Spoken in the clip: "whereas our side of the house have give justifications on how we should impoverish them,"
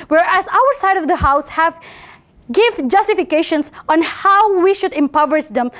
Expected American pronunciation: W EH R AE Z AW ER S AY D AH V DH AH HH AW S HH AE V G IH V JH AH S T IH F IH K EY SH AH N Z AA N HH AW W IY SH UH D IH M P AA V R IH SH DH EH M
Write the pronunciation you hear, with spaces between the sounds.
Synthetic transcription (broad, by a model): W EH R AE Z AW ER S AY D AH V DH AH HH AW S HH AE V G IH V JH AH S T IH F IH K EY SH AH N S AA N HH AW W IY SH UH D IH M P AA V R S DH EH M